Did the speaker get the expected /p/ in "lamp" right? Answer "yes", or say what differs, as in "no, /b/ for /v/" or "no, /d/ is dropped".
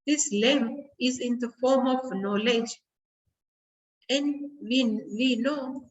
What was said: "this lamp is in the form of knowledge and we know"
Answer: no, /p/ is dropped